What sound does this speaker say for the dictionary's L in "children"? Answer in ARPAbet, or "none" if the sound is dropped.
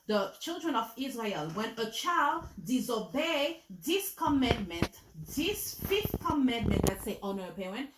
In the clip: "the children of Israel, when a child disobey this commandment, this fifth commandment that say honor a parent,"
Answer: L